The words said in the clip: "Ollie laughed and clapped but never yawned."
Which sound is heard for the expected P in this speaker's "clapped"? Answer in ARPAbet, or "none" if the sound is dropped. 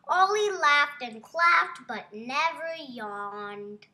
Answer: F